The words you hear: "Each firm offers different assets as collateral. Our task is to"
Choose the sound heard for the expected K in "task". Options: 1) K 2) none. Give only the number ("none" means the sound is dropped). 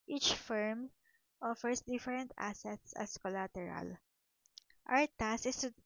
2